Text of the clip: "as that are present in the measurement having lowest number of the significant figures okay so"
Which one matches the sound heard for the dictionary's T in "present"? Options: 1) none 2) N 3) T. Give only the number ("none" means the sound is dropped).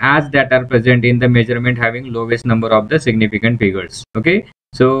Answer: 3